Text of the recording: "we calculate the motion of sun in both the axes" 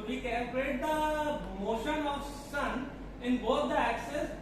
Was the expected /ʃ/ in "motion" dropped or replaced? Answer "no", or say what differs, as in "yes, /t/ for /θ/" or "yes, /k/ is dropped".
no